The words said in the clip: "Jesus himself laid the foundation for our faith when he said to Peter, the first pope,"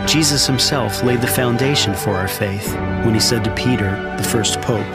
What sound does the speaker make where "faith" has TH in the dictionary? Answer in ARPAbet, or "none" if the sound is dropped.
TH